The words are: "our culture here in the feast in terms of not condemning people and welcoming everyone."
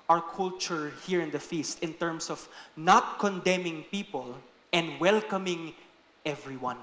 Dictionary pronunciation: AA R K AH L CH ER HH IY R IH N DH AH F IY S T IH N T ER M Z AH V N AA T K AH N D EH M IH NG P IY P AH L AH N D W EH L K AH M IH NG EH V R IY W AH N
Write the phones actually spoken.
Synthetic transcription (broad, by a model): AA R K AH L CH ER HH IY R IH N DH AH F IY S T IH N T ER M S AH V N AA T K AH N D EH M IH NG P IY P AH L AH N D W EH L K AH M IH NG EH V R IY W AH N